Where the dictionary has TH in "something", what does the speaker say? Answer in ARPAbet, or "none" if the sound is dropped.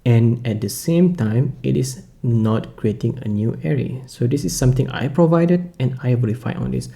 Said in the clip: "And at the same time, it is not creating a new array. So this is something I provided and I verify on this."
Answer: T